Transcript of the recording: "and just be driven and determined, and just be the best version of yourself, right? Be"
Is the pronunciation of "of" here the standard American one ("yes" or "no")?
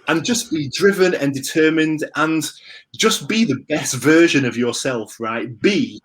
yes